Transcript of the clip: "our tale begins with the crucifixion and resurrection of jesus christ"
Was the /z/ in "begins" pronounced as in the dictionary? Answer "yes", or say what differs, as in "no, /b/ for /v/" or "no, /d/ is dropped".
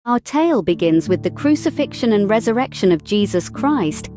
yes